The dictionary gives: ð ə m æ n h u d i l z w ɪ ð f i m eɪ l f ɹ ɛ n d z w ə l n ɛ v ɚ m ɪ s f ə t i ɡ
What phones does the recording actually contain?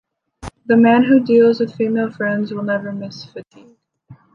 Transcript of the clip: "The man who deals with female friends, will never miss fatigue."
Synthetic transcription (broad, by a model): ð ə m æ n h u d i l z w ɪ ð f i m eɪ l f ɹ ɛ n d z w ə l n ɛ v ɚ m ɪ s f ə t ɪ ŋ